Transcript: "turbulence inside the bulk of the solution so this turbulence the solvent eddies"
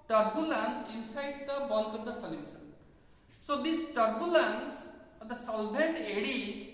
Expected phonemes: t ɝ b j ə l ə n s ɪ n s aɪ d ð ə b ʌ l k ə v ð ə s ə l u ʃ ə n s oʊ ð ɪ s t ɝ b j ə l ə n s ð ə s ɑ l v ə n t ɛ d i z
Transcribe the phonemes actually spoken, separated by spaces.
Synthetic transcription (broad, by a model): t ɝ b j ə l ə n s ɪ n s aɪ d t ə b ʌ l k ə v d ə s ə l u s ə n s oʊ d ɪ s t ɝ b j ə l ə n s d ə s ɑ l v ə n t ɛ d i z